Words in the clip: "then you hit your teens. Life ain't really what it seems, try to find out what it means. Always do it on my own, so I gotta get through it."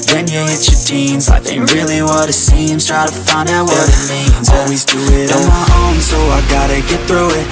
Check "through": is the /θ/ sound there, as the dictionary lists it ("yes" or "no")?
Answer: yes